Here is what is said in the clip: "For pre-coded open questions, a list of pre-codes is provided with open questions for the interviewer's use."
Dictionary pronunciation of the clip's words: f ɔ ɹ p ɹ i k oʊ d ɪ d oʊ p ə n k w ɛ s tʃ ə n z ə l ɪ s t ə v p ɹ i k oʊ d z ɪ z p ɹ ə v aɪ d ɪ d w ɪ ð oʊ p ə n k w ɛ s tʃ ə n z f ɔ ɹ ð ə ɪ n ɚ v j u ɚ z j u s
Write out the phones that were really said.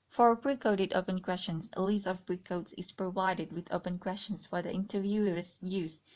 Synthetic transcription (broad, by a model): f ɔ ɹ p ɹ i k oʊ d ɪ d oʊ p ə n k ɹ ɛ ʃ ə n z ə l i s ə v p ɹ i k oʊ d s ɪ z p ɹ ə v aɪ d ɪ d w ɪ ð oʊ p ə n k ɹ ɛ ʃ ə n s f ɔ ɹ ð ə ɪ n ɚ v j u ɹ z j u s